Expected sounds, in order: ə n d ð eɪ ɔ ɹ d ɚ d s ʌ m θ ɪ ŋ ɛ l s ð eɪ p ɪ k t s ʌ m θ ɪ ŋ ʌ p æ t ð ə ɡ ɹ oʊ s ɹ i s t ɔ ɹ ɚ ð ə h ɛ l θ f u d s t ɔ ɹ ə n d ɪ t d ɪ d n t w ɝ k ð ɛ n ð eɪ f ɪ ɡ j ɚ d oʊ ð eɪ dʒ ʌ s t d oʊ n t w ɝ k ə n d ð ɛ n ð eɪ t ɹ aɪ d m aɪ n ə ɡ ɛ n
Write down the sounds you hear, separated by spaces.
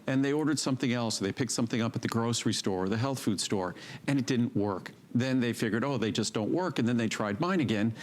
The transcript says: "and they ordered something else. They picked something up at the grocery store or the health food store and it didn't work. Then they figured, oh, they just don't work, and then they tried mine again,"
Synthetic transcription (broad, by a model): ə n ð eɪ ɔ ɹ d ɚ d s ʌ m θ ɪ ŋ ɛ l s ð eɪ p ɪ k t s ʌ m θ ɪ ŋ ʌ p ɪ t ð ə ɡ ɹ oʊ s ɹ i s t ɔ ɹ ɚ ð ə h ɛ l θ f u d s t ɔ ɹ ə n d ɪ t d ɪ d n t w ɝ k ð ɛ n ð eɪ f ɪ ɡ j ɚ d oʊ ð eɪ dʒ ʌ s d oʊ n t w ɝ k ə n ð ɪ n ð eɪ t ɹ aɪ d m aɪ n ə ɡ ɛ n